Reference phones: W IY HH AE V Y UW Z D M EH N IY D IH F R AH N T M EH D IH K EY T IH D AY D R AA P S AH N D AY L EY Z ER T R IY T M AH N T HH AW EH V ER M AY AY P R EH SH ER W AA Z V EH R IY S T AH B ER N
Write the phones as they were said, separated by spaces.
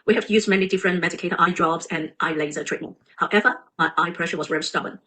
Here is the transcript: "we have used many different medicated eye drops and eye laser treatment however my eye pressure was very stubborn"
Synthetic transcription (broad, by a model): W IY HH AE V Y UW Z M EH N IY D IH F R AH N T M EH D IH K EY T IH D AY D R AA B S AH N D AY L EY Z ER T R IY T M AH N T HH AW EH V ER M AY AY P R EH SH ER W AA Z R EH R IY S T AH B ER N